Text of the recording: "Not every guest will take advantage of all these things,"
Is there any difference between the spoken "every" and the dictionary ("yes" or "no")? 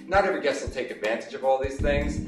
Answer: yes